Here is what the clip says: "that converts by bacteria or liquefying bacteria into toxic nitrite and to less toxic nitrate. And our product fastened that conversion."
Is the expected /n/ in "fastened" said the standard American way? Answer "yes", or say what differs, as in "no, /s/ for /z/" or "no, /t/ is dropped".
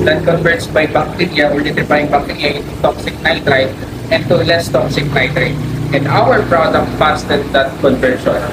no, /n/ is dropped